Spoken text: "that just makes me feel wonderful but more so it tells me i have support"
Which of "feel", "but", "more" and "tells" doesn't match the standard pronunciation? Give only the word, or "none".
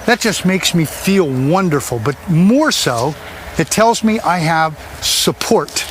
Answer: none